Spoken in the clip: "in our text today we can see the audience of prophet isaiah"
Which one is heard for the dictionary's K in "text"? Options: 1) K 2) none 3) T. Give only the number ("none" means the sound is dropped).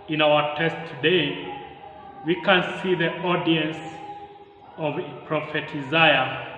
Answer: 2